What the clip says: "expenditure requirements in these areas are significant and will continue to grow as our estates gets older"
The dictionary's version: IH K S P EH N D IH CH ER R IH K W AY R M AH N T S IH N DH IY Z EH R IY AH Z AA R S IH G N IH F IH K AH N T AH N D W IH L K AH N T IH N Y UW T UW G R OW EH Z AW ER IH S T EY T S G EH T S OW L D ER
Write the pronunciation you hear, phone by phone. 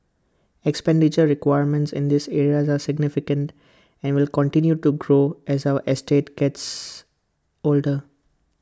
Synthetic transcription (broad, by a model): IH K S P EH N D IH CH ER R IH K W AY R M AH N T S IH N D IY S EH R IY AH Z AA R S IH G N IH F IH K AH N T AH N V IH L K AH N T IH N Y UW T UW G R OW EH Z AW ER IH S T EY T G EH T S OW L D ER